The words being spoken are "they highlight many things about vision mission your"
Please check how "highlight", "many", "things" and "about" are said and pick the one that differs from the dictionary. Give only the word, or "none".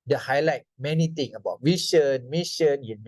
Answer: things